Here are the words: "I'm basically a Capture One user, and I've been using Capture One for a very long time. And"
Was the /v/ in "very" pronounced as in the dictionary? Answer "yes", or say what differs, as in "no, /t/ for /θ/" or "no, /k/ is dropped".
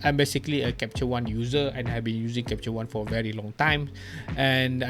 yes